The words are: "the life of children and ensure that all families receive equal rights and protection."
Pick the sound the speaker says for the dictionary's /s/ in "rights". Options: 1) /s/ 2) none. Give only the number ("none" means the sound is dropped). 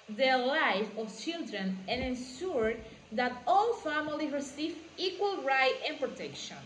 2